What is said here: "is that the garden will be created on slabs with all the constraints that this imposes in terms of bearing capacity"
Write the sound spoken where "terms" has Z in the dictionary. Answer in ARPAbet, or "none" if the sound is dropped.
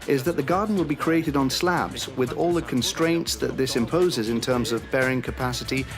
Z